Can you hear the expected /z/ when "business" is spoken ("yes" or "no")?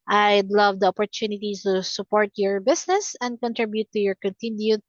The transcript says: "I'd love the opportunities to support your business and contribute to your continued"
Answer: no